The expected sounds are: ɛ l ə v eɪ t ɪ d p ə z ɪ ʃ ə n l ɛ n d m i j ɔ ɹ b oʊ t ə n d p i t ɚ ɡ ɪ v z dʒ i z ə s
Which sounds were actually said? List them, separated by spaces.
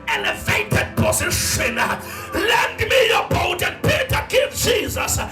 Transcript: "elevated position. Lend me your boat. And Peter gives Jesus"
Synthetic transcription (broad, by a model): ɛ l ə v eɪ t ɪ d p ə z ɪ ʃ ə n l ɛ n d m i j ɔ b oʊ t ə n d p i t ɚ ɡ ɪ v dʒ i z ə s